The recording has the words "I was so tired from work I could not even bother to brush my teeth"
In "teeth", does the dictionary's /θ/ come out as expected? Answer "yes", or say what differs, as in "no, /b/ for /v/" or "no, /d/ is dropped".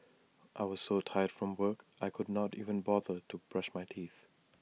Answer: yes